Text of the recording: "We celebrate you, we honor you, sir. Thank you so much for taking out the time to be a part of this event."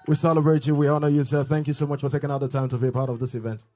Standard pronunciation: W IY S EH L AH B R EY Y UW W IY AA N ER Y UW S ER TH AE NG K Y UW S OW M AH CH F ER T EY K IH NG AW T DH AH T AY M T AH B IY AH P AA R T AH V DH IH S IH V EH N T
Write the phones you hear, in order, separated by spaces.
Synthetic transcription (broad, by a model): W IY S EH L AH B R EY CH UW W IY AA N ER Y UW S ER TH AE NG K Y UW S OW M AH CH F ER T EY K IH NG AW T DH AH T AY M T AH B IY AH P AA R T AH V DH IH S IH V EH N T